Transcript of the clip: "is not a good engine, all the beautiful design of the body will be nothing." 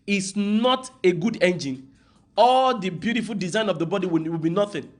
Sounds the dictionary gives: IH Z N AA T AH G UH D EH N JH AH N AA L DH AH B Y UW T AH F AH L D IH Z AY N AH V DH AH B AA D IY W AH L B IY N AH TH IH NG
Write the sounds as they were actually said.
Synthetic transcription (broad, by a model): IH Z N AA T AH G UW D EH N JH AH N AA L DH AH B Y UW T AH F AH L D IH Z AY N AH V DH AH B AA D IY W AH L B IY N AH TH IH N